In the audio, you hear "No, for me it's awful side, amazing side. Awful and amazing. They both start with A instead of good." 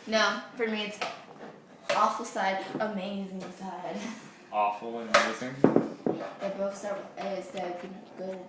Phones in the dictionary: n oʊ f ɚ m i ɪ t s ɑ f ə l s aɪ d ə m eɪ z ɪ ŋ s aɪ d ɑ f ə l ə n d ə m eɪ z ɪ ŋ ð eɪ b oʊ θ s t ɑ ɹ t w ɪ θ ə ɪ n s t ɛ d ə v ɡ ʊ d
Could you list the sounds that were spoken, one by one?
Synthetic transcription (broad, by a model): n oʊ f ɚ m i ɪ t s ɑ f l s aɪ d ə m eɪ z ɪ ŋ s aɪ d ɑ f l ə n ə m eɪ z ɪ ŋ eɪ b oʊ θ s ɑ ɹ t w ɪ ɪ s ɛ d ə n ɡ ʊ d